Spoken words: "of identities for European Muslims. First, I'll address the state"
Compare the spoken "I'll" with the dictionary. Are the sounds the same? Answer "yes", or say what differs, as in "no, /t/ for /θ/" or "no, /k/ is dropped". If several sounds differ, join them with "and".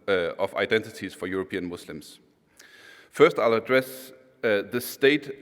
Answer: yes